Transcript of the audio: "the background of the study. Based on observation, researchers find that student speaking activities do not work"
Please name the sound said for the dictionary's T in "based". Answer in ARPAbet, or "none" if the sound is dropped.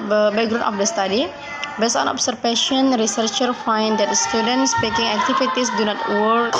none